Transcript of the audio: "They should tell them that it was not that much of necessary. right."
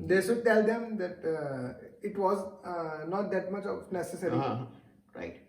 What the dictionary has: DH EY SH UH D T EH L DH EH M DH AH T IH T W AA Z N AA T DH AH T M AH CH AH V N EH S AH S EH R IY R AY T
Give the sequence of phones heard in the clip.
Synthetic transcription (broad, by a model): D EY S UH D T EH L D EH M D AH T IH T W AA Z N AA T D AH T M AH CH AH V N EH S AH S EH R IY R AY T